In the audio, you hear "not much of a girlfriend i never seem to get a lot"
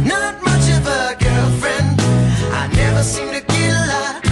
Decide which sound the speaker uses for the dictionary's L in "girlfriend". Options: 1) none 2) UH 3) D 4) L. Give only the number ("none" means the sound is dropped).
4